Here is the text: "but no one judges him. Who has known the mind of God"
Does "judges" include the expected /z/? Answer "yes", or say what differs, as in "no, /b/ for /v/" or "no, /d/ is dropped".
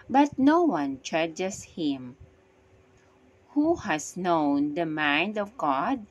no, /s/ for /z/